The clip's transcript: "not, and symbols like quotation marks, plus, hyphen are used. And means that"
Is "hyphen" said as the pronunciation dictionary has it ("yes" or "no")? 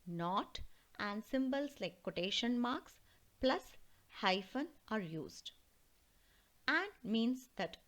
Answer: yes